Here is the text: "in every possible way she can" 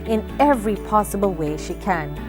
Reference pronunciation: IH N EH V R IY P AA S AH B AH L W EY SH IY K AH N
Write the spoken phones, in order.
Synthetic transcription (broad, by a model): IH N EH V R IY P AA S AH B L W EY SH IY K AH N